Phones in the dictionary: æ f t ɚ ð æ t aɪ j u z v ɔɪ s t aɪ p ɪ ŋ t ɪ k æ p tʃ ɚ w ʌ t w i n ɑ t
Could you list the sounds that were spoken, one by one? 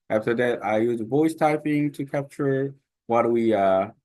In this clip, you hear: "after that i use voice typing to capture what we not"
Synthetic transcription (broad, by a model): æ f t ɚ ð æ t aɪ j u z v ɔɪ s t aɪ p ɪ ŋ t ɪ k æ p tʃ ɚ w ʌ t w i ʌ